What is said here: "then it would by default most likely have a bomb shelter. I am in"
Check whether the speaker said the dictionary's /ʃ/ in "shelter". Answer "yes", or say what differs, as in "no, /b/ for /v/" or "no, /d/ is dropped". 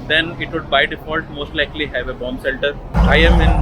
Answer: no, /s/ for /ʃ/